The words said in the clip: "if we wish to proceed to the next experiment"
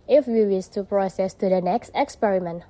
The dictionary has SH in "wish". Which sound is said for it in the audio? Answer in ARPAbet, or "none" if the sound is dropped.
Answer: S